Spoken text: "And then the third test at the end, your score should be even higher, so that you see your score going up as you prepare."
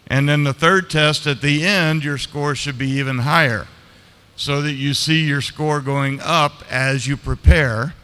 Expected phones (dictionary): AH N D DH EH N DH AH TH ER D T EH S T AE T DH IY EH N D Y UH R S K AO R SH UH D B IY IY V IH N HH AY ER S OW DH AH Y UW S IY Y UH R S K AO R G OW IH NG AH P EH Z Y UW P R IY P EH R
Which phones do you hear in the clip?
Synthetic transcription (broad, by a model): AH N DH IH N DH AH TH ER D T EH S T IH T DH IY EH N D Y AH R S K AO R SH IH D B IY IY V IH N HH AY ER S OW DH AH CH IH S IY Y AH R S K AO R G OW IH NG AH P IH Z Y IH P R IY P EH R